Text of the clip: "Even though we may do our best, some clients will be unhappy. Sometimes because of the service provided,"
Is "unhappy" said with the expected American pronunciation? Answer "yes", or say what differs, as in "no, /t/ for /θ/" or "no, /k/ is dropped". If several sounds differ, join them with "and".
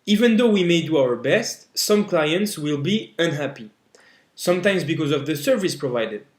yes